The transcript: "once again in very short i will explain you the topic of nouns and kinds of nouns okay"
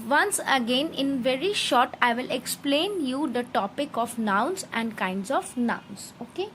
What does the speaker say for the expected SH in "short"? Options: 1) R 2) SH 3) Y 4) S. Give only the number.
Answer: 2